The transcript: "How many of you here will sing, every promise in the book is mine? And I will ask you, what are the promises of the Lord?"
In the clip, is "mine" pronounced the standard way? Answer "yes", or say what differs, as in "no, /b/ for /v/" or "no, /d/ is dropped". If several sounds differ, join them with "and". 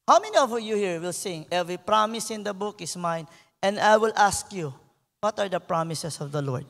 yes